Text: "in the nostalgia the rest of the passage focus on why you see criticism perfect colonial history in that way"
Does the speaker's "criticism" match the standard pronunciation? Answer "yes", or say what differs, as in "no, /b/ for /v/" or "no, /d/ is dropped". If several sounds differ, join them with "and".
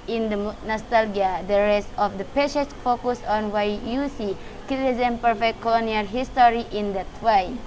no, /ɹ/ is dropped